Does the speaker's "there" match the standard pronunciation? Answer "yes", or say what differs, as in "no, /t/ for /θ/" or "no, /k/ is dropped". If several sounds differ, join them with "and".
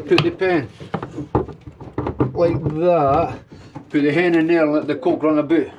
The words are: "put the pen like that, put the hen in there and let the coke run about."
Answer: no, /l/ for /ɹ/